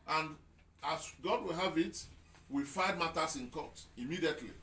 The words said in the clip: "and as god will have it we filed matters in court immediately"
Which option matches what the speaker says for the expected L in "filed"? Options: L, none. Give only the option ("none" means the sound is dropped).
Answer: none